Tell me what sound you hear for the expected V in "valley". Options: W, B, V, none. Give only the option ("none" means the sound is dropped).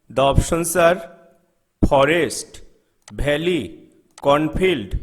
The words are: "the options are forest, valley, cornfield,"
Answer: B